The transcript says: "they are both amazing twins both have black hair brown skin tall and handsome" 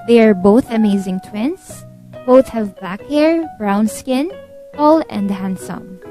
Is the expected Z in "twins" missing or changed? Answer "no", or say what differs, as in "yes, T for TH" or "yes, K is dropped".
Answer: yes, S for Z